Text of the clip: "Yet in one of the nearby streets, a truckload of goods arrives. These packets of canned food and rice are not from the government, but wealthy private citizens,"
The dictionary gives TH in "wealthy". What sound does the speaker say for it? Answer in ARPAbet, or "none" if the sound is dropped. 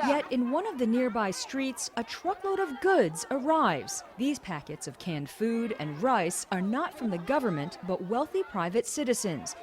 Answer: TH